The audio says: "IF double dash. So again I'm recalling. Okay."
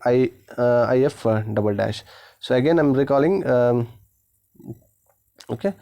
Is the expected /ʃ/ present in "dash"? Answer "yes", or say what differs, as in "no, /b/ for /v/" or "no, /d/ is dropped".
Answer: yes